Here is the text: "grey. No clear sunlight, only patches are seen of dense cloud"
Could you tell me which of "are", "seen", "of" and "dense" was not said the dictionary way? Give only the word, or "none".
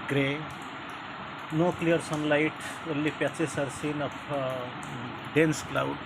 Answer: of